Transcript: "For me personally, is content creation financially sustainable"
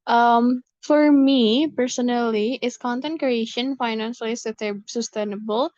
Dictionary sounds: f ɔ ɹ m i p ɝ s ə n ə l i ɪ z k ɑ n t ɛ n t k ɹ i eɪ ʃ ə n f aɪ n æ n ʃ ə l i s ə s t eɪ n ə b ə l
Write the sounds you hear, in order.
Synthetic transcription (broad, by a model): f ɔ ɹ m i p ɝ s ə n ə l i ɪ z k ɑ n t ɛ n t k ɹ i eɪ ʃ ə n f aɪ n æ n s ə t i s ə s t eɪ n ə b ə l